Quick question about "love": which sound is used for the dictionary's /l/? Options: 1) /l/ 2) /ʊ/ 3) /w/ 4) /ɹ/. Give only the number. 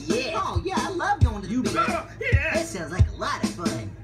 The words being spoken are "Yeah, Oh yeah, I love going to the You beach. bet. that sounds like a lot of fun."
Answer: 1